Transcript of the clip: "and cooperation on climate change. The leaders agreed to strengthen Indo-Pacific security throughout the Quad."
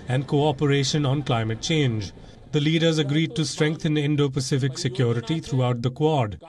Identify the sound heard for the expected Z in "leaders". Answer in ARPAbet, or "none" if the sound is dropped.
Z